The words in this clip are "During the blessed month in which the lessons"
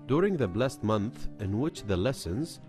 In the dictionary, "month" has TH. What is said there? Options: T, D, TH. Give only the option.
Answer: TH